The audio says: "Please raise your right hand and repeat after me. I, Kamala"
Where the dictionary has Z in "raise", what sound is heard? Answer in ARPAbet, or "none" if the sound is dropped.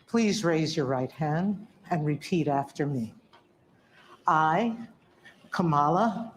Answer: Z